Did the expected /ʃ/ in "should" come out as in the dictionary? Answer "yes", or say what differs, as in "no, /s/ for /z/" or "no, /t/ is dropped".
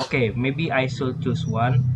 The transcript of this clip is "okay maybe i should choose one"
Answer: no, /s/ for /ʃ/